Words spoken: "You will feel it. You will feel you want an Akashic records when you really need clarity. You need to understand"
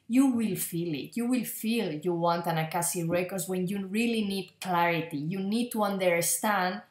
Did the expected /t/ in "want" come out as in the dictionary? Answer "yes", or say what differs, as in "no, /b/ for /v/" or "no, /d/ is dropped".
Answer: yes